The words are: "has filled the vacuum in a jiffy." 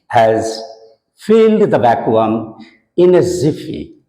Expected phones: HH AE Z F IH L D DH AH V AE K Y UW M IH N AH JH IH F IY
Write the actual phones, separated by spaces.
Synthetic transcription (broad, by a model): HH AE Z F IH L D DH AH B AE K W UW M IH N AH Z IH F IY